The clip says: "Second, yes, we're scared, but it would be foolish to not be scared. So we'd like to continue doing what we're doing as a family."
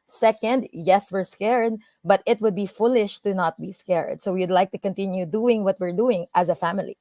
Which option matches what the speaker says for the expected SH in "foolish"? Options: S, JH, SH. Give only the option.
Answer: SH